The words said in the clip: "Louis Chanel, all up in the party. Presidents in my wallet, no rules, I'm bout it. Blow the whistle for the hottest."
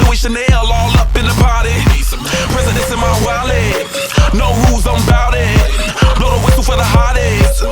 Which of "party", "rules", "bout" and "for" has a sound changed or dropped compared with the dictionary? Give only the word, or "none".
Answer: rules